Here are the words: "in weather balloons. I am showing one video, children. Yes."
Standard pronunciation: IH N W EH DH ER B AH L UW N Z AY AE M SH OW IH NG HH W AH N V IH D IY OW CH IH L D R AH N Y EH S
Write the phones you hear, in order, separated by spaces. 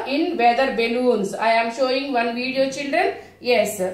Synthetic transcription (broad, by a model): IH N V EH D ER B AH L UW N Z AY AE M SH OW IH NG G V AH N V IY D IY OW CH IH L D R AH N Y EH S